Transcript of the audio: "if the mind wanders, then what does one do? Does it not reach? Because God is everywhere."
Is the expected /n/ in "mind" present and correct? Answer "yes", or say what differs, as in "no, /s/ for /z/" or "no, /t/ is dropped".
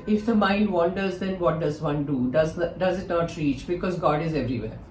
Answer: no, /l/ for /n/